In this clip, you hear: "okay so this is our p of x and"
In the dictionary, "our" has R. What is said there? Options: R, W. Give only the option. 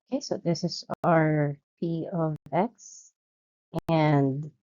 R